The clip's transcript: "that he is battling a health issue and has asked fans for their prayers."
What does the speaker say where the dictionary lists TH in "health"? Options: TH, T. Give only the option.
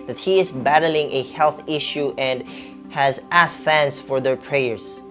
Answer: TH